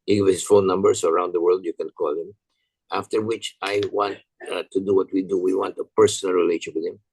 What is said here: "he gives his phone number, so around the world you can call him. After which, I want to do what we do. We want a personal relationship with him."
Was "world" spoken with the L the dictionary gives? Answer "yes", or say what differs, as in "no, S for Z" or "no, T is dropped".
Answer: yes